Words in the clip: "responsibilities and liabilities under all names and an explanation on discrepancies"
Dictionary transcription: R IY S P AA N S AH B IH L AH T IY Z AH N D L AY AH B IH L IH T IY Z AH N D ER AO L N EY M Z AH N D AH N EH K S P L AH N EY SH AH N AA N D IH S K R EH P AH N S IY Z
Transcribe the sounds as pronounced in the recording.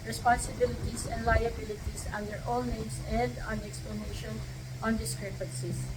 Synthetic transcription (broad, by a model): R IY S P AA N S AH B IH L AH T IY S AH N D L AY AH B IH L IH T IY S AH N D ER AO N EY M S AH N D AH N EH K S P L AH N EY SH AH N AA N D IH S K R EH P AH N S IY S